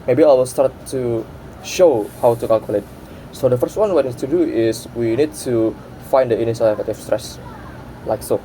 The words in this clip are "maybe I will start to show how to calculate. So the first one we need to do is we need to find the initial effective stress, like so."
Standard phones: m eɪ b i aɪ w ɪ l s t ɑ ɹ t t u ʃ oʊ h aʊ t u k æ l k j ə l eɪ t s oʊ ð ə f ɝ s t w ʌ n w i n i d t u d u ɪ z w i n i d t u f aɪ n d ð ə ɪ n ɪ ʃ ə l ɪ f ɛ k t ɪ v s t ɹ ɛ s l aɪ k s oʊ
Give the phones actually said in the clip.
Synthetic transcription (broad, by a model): m eɪ b i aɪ w ɪ l s t ɑ ɹ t t u ʃ oʊ h aʊ t u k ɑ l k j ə l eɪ t s oʊ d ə f ɝ s t w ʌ n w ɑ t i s t u d u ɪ s w i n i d t u f aɪ n d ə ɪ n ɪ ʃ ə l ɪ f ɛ t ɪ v s t ɹ ɛ s l aɪ k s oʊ